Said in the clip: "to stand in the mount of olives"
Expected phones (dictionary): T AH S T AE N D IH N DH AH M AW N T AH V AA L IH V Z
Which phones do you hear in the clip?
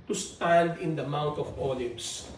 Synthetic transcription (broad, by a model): T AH S T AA L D IH N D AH M AW N T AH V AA L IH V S